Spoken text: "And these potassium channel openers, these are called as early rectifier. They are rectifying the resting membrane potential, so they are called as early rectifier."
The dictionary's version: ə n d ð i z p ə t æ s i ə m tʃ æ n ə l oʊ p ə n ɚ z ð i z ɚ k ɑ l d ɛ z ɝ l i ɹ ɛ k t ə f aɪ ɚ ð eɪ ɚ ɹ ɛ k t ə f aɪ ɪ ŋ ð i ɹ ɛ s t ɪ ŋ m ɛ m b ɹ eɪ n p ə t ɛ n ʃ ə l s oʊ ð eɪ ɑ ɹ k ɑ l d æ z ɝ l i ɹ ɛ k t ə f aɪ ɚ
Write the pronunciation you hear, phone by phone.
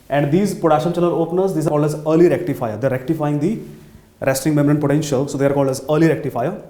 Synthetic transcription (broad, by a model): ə n d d i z p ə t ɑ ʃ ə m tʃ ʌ l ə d oʊ p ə n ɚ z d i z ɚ k ɑ l d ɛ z ɝ l i ɹ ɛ k t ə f aɪ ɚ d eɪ ɹ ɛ k t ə f aɪ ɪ ŋ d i ɹ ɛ s t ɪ ŋ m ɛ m ɹ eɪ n p ə t ɛ n ʃ ə l s oʊ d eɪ ɑ ɹ k ɑ l d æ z ɝ l i ɹ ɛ k t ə f aɪ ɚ